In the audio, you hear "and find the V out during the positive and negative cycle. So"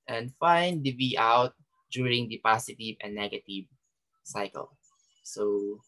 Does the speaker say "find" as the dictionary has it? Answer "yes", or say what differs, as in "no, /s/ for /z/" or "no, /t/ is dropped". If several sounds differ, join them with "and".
yes